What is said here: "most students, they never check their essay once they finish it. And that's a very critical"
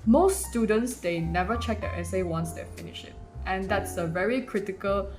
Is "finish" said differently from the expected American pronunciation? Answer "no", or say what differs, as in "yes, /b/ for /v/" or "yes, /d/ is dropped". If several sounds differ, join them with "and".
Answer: no